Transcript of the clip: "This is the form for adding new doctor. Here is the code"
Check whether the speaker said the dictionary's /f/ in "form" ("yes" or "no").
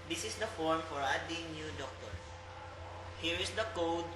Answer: yes